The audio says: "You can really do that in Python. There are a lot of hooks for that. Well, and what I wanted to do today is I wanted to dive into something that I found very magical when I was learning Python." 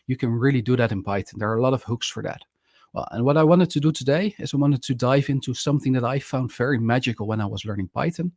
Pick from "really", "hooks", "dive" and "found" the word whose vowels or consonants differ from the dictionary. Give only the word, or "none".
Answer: none